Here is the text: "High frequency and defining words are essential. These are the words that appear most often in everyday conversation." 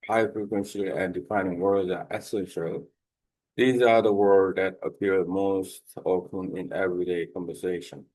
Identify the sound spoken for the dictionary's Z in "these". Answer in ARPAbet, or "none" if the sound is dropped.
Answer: Z